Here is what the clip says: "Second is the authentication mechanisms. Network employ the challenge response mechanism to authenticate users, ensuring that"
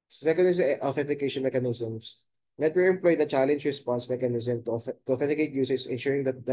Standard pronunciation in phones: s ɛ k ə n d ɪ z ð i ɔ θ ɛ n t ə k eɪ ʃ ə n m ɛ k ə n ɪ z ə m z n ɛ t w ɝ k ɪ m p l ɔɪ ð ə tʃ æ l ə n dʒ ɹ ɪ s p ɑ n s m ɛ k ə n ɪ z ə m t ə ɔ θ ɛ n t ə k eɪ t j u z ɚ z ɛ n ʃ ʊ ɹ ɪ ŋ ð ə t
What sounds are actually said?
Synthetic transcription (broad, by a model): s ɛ k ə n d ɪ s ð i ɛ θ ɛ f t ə k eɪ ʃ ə n m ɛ k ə n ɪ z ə m s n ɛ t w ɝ ɪ m p l ɔɪ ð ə tʃ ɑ l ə n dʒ ɹ ɪ s p ɑ n s m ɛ k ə n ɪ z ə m t ə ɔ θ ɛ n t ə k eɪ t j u s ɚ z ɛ n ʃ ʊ ɹ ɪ ŋ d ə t